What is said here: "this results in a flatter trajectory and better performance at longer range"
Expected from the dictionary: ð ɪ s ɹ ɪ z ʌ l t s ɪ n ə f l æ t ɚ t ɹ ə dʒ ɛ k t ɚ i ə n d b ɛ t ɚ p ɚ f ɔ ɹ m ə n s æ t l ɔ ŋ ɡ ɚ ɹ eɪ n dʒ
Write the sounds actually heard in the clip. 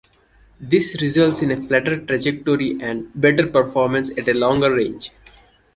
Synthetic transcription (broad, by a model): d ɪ s ɹ ɪ z ʌ l t s ɪ n ə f l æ t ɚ t ɹ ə dʒ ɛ k t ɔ i ə n d b ɛ t ɚ p ɚ f ɔ ɹ m ə n s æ t l ɔ ŋ ɡ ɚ ɹ eɪ n dʒ